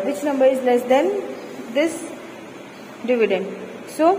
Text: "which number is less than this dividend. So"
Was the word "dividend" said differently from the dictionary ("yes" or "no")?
no